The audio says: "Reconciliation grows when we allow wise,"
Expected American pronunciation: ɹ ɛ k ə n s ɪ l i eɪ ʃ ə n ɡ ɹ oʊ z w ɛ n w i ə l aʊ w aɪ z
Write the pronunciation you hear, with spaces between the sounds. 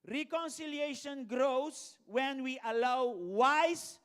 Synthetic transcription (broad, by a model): ɹ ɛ k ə n s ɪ l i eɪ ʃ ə n ɡ ɹ oʊ s w ɛ n w i ə l aʊ w aɪ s